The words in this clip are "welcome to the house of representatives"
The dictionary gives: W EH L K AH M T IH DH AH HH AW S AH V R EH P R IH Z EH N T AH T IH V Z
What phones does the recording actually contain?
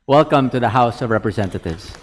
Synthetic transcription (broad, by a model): W EH L K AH M T IH DH AH HH AW S AH V R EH P R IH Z EH N T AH T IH V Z